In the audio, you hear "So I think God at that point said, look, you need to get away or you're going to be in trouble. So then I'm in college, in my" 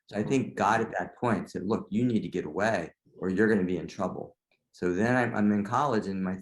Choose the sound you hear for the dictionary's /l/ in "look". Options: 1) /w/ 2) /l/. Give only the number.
2